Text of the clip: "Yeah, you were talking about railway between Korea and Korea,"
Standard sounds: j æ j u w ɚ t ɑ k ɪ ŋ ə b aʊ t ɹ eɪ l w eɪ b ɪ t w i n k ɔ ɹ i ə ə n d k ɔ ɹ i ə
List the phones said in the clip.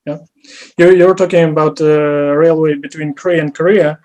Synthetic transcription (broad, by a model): j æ j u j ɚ t ɑ k ɪ ŋ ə b aʊ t ɹ eɪ l w eɪ b ɪ t w i n k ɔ ɹ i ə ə n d k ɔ ɹ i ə